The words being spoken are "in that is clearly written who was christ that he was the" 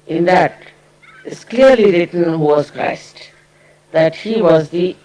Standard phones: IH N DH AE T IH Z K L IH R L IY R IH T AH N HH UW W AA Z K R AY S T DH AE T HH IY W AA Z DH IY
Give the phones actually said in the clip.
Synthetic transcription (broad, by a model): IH N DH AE T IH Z K L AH R L IY R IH T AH N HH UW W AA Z K R AY S T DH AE T HH IY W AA Z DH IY